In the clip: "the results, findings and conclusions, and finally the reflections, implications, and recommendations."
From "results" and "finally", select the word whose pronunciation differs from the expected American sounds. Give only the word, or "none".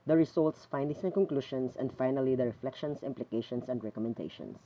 results